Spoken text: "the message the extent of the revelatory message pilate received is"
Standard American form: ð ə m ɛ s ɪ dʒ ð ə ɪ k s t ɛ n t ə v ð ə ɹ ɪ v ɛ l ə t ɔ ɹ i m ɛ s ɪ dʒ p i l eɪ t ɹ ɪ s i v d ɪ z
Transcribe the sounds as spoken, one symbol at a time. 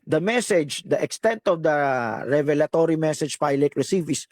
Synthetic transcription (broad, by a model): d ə m ɛ s ɪ dʒ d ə ɪ k s t ɛ n t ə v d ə ɹ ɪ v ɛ l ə t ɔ ɹ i m ɛ s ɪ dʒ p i l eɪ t ɹ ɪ s i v ɪ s